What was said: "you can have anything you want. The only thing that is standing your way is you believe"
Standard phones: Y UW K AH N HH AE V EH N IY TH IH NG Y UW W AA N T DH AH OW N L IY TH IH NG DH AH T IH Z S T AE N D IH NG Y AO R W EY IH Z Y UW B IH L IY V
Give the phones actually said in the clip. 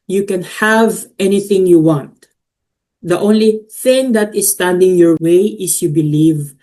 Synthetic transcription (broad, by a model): Y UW K AH N HH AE V EH N IY TH IH NG Y UW W AA N T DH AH OW N L IY TH IH NG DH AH T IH S T AE N D IH NG Y AO R W EY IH S Y UW B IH L IY V